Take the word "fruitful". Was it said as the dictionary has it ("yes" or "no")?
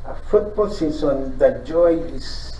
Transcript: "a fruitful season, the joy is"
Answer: no